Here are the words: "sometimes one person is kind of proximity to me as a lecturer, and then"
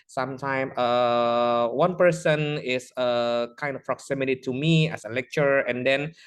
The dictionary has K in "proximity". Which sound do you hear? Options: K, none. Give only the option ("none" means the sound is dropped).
K